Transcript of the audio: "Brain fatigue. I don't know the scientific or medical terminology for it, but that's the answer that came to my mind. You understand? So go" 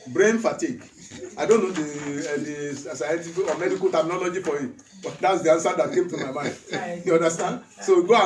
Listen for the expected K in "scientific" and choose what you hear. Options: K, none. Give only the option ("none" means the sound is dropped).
none